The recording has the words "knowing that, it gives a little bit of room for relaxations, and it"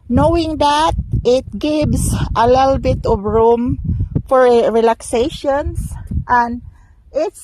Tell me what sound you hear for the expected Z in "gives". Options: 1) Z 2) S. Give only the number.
2